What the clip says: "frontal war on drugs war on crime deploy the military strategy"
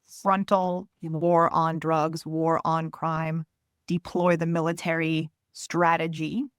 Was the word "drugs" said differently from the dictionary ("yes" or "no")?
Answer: no